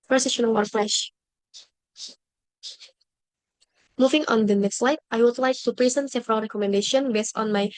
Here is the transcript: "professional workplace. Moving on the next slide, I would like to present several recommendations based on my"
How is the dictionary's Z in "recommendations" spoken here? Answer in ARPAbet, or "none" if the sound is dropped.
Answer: none